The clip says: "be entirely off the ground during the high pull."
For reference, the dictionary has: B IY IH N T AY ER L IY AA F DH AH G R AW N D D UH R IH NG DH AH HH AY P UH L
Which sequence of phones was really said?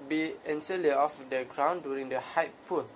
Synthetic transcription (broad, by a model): B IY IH N S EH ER L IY AA F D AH G R AW N D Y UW R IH NG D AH HH AY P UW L